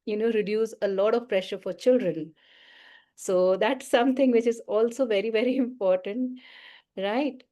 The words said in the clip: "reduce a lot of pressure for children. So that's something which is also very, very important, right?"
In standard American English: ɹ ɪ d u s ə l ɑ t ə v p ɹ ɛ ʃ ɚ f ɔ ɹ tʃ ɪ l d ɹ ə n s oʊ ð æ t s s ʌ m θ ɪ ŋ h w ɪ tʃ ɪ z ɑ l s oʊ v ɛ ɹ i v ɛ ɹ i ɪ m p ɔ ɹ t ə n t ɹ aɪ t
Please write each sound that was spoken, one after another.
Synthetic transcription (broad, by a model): ɹ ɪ d u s ə l ɑ t ə v p ɹ ɛ ʃ ɚ f ɔ ɹ tʃ ɪ l d ɹ ə n s oʊ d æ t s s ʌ m t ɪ ŋ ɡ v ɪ tʃ ɪ z ɑ l s oʊ v ɛ ɹ i v ɛ ɹ i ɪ m p ɔ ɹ t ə n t ɹ aɪ t